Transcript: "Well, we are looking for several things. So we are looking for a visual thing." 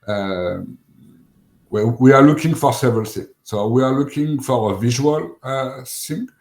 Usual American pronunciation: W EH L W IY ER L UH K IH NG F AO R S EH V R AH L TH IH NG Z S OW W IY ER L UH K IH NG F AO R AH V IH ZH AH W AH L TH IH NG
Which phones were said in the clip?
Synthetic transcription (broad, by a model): W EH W W IY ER L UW K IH NG F AO R S EH V R AH L S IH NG S OW W IY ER L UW K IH NG F AO R AH V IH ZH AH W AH L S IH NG